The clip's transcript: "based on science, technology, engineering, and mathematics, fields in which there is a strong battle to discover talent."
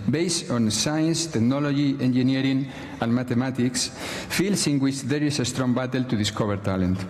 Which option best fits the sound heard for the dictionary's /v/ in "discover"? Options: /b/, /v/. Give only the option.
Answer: /b/